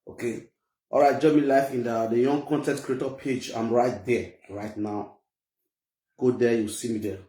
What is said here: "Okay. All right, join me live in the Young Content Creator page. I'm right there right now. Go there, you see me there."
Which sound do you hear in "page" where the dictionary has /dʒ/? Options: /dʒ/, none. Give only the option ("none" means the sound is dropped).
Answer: /dʒ/